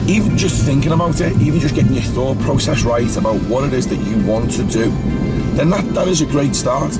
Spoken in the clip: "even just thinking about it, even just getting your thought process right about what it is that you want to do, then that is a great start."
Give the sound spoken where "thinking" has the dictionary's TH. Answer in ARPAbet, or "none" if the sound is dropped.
TH